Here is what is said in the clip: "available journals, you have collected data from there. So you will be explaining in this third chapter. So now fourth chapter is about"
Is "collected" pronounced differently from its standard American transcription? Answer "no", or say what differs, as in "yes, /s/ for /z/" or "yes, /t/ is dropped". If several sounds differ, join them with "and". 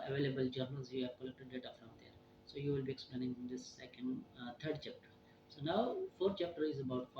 no